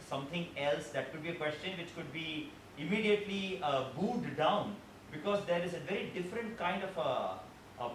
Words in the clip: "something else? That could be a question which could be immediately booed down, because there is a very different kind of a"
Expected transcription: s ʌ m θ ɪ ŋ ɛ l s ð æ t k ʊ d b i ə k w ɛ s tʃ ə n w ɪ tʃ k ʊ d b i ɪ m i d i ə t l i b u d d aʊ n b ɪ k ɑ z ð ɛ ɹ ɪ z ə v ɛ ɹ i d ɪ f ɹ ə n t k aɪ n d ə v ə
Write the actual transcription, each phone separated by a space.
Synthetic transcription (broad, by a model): s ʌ m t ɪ ŋ ɛ l s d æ t k ʊ d b i ə k w ɛ s tʃ ə n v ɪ tʃ k ʊ d b i ɪ m i d i ə t l i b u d d aʊ n b ɪ k ɑ z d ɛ ɹ ɪ z ə v ɛ ɹ i d ɪ f ɹ ə n t k aɪ n d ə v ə